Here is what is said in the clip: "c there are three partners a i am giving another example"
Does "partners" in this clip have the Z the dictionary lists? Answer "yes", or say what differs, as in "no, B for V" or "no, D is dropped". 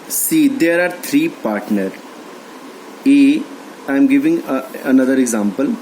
no, Z is dropped